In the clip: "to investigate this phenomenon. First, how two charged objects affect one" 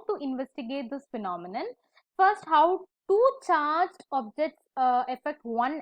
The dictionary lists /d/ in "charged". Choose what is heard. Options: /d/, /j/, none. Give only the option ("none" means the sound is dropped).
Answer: none